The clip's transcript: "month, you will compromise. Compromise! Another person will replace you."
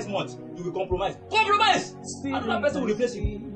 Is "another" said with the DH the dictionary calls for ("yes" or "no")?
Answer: no